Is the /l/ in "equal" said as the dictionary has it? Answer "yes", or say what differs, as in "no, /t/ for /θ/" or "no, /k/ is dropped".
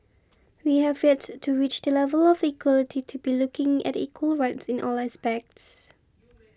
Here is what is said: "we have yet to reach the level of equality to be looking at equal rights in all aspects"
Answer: yes